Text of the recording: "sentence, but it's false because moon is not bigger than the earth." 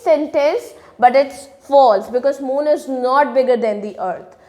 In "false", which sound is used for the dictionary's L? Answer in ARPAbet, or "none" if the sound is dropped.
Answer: L